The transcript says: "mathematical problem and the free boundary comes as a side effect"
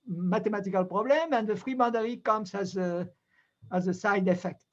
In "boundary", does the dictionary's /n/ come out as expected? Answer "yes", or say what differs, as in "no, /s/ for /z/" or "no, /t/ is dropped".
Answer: no, /n/ is dropped